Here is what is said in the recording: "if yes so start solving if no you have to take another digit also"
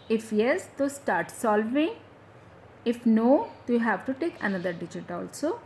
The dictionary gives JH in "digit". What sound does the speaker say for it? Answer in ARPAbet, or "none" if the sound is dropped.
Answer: JH